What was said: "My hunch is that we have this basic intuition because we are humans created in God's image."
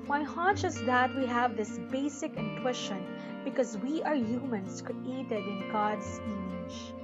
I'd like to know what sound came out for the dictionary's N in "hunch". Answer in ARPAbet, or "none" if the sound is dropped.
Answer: none